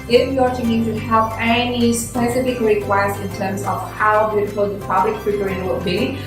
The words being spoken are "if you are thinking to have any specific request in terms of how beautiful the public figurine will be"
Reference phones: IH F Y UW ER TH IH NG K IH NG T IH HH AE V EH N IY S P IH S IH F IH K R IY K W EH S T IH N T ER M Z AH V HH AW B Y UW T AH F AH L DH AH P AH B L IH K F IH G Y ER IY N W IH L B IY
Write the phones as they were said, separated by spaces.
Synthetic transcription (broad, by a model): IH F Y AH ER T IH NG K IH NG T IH HH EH P EH N IY S P IH S IH F IH K R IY K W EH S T IH N T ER M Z AH V HH AW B Y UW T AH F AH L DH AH P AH B L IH K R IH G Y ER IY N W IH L B IY